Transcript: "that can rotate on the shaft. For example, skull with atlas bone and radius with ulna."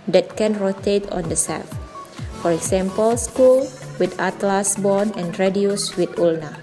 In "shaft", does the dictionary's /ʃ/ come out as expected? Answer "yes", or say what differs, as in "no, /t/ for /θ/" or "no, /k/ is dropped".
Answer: no, /s/ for /ʃ/